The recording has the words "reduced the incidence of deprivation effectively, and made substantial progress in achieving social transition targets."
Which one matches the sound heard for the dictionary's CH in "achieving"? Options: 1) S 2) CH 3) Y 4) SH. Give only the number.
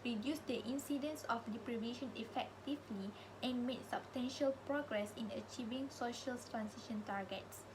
2